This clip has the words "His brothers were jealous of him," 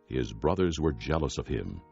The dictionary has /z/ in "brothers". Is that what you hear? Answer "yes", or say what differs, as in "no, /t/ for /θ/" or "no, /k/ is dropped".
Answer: yes